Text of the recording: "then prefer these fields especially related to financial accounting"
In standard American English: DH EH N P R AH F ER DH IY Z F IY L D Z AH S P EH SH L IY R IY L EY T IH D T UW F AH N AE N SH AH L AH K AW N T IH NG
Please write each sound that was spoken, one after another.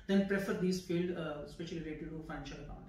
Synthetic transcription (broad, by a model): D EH N P R AH F ER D IY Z F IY L D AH S P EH SH IY L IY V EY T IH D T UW F AH N AE N SH AH L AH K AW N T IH